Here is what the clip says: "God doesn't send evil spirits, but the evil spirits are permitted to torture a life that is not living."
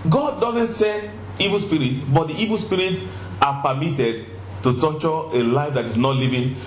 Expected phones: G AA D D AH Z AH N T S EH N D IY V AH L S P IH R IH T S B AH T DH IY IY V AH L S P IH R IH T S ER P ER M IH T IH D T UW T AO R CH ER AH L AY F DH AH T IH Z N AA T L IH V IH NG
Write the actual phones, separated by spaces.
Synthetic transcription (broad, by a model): G AA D D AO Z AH N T S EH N IY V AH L S P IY R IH T B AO T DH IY IY V AH L S P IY R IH T S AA P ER M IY T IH D T UW T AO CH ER AH L AY F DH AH T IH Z N AA T L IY V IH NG